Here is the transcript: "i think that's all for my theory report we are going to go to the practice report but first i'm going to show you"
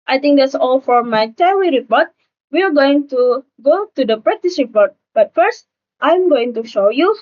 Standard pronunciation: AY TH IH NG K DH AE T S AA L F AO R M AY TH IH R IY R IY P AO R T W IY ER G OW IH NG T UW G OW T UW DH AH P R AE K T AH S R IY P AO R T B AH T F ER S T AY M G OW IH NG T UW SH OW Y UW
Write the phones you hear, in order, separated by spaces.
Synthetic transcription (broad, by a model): AY T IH NG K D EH T S AA L F AO R M AY T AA W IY R IY P AO R T W IY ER G OW IH NG T UW G OW T UW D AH P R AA T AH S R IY P AO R T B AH T F ER S T AY M G OW IH NG T UW SH OW Y UW